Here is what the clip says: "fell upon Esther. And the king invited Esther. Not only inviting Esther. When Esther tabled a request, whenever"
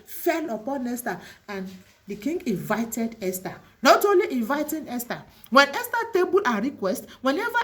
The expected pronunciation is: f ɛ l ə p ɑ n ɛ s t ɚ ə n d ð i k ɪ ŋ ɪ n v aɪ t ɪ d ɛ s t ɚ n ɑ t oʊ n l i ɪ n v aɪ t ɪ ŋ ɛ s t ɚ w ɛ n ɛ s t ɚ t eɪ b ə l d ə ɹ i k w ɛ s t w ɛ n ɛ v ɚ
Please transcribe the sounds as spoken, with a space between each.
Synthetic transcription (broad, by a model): f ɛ l ə p ɑ n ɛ s t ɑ ə n d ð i k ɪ ŋ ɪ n v aɪ t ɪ d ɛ s t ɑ n ɑ t oʊ n l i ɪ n v aɪ t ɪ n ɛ s t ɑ w ɛ n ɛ s t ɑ t eɪ b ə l ə ɹ i k w ɛ s t w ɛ n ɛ v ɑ